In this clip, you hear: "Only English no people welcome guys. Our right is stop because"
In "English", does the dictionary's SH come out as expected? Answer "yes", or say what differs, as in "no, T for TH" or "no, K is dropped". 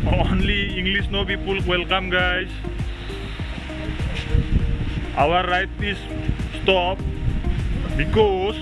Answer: no, S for SH